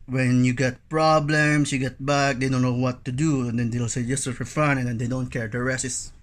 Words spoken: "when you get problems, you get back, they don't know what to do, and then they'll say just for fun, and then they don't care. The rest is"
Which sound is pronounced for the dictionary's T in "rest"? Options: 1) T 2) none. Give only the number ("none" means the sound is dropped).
2